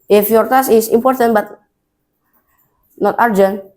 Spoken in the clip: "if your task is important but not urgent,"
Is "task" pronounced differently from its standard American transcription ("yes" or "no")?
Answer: yes